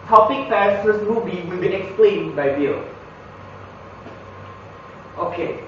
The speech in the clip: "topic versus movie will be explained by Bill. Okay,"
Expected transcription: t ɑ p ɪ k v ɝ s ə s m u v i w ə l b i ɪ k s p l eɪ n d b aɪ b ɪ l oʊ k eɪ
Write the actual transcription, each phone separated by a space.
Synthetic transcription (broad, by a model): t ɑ p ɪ k f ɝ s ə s m u v i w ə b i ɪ k s p l eɪ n b aɪ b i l oʊ k eɪ